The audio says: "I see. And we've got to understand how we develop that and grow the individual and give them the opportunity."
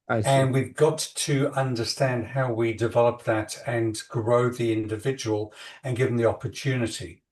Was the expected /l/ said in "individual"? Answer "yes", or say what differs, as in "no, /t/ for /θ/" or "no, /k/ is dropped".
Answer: yes